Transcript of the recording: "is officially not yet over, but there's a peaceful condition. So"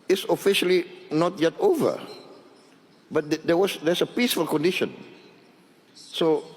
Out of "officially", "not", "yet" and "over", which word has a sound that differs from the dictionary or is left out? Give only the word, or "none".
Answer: none